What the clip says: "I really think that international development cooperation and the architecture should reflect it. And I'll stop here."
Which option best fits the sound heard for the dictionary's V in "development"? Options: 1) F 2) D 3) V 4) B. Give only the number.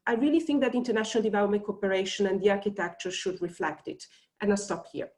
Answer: 3